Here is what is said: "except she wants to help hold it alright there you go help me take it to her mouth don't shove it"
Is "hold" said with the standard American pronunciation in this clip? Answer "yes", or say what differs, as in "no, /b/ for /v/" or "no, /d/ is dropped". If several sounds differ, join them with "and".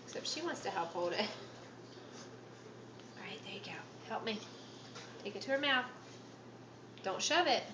yes